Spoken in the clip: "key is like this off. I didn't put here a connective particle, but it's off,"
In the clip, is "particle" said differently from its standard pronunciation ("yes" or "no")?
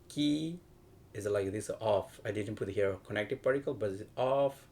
no